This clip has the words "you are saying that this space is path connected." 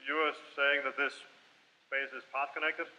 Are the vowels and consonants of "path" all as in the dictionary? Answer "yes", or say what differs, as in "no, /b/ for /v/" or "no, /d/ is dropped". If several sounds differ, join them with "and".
no, /s/ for /θ/